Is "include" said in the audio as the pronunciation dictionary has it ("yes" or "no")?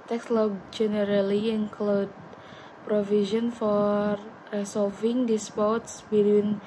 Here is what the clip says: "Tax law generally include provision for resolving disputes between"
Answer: yes